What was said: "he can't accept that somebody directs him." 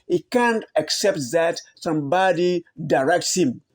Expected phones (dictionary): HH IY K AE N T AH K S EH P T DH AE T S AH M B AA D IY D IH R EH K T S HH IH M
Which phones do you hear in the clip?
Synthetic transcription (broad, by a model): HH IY K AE N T AH K S EH P T DH AE T S AH M B AA D IY D IH R EH K T S HH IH M